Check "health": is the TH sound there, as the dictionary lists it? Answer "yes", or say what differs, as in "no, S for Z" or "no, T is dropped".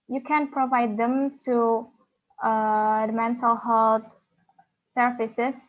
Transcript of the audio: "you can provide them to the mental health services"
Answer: no, T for TH